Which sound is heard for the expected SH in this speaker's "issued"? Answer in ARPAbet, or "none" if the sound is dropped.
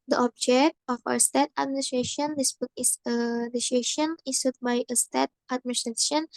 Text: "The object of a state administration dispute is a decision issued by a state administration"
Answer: S